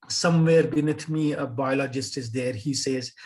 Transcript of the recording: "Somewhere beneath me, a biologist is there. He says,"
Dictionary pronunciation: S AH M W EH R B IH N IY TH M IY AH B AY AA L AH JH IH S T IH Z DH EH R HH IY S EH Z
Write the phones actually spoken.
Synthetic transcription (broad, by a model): S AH M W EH R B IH N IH T M IY AH B AY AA L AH JH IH S T IH Z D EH R HH IY S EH Z